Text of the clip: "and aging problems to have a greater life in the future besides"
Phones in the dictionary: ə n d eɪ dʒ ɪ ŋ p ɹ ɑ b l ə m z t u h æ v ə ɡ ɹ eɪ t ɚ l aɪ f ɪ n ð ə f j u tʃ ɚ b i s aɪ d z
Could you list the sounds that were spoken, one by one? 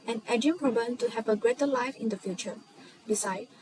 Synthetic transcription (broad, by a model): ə n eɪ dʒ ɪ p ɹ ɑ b ə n t u h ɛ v ə ɡ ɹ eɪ t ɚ l aɪ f ɪ n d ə f j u tʃ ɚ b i s aɪ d